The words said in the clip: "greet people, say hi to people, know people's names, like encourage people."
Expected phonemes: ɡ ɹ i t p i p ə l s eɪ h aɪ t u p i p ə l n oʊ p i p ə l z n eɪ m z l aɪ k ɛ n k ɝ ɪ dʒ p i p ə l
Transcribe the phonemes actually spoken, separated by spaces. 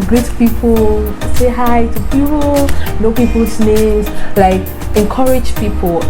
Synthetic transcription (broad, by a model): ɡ ɹ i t p i p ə l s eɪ h aɪ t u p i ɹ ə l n oʊ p i p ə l s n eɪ z l aɪ k ɛ n k ɝ ɪ dʒ p i p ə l